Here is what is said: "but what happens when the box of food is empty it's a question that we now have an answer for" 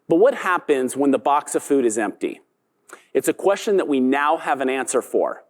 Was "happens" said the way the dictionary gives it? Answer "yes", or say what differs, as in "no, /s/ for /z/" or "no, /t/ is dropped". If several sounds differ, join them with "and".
yes